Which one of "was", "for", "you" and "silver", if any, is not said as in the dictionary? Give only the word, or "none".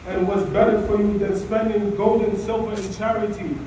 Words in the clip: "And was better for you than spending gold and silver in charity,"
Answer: none